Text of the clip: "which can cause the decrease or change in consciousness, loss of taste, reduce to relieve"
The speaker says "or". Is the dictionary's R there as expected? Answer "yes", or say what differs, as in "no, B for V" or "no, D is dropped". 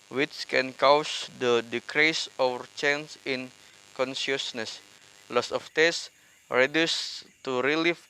no, W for R